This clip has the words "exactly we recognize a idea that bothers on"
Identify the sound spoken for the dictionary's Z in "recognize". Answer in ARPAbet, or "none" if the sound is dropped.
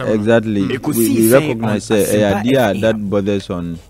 S